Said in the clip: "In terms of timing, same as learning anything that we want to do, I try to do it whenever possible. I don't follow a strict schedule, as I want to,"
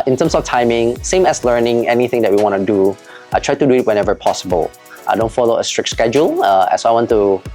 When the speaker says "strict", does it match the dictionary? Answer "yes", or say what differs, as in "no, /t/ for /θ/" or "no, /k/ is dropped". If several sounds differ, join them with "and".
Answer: yes